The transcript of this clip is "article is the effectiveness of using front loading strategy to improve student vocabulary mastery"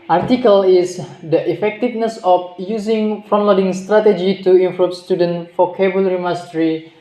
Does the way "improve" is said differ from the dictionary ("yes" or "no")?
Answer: yes